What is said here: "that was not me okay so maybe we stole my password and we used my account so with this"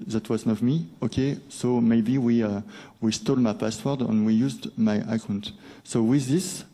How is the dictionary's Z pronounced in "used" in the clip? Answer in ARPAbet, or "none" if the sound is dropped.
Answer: Z